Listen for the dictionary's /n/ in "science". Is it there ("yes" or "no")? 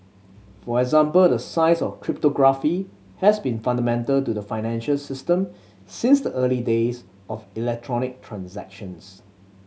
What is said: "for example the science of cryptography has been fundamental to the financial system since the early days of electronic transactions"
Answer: no